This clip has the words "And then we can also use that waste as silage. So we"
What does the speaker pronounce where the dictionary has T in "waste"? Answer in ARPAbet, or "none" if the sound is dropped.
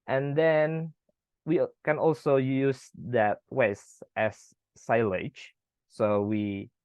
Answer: T